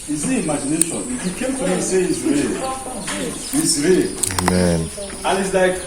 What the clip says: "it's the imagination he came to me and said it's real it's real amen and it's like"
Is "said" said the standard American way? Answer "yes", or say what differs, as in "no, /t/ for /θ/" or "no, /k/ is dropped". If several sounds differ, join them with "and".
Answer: no, /d/ is dropped